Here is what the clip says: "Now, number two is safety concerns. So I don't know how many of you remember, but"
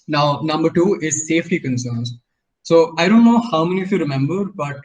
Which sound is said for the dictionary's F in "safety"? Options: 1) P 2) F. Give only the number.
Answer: 2